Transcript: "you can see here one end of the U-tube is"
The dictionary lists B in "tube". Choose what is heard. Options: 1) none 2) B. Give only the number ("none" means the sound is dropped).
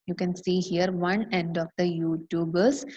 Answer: 2